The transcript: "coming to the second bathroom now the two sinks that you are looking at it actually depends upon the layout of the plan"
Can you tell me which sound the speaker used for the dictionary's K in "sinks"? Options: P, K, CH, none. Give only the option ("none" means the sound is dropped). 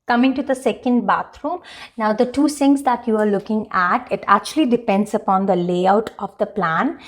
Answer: none